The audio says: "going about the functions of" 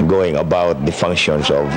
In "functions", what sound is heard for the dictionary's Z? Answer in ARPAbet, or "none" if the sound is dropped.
S